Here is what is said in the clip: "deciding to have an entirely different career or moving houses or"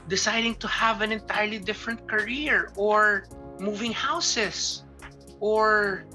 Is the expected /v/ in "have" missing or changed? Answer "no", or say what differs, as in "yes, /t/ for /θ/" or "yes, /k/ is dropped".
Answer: no